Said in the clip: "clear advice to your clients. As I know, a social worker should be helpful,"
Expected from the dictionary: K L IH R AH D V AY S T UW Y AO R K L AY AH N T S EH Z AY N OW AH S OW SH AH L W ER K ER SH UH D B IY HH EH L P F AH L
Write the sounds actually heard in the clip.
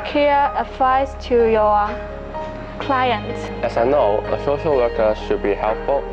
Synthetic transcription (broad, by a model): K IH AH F AY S T UW Y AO K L AY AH N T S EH S AY N OW AH S OW SH AH L W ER K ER SH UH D B IY HH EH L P F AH L